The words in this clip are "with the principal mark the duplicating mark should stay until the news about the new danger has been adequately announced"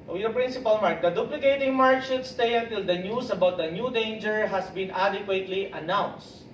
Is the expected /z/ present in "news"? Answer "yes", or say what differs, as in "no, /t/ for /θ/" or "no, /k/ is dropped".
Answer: no, /s/ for /z/